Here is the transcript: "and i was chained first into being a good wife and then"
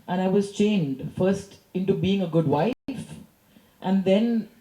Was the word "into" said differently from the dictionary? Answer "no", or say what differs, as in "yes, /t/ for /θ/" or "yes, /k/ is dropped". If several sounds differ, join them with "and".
no